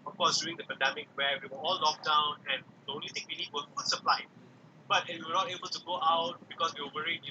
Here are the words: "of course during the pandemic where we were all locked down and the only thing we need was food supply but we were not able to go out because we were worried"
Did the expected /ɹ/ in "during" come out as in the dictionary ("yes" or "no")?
no